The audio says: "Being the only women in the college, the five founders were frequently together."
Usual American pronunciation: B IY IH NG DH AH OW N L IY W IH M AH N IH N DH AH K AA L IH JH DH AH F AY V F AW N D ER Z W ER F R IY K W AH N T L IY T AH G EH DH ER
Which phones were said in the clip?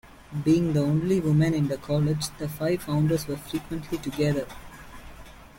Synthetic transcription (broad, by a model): B IY IH NG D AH OW N L IY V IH M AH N IH N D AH K AA L IH JH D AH F AY V F AW N D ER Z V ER F R IY K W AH N T L IY T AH G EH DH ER